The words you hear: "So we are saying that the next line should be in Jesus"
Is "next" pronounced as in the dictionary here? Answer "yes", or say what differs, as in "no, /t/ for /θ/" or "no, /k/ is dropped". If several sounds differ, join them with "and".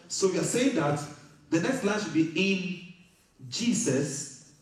yes